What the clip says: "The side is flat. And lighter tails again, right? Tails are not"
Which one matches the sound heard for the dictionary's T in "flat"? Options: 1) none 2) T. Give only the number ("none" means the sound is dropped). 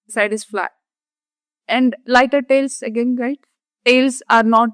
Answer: 1